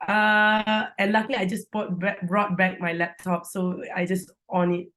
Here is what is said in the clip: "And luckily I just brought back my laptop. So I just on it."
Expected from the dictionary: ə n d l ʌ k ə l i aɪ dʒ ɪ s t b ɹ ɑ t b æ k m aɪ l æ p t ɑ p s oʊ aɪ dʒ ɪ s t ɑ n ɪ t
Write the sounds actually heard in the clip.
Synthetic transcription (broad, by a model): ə n l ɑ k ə l i aɪ dʒ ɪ s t b ɹ ɑ t b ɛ k m aɪ l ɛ p t ɑ p s oʊ aɪ dʒ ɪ s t ɑ n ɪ t